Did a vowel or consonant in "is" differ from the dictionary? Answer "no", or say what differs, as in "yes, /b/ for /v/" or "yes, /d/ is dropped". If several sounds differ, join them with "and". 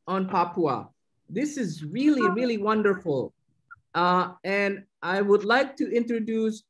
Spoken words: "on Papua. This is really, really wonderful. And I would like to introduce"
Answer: no